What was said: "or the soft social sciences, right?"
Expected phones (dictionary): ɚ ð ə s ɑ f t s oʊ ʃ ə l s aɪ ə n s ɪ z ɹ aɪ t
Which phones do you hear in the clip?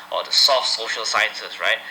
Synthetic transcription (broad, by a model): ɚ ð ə s ɑ f t s oʊ ʃ ə l s aɪ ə n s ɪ s ɹ aɪ t